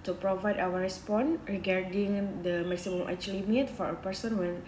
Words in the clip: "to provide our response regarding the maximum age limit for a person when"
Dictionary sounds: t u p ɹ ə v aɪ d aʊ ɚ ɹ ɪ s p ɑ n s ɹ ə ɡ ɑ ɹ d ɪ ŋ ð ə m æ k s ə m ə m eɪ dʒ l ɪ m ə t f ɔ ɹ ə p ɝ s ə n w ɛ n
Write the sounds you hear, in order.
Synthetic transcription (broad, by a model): t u p ɹ ə v aɪ d aʊ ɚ ɹ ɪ s p ɑ n ɹ ə ɡ ɑ ɹ d ɪ ŋ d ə m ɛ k s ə m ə m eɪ tʃ l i m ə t f ɔ ɹ ə p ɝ s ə n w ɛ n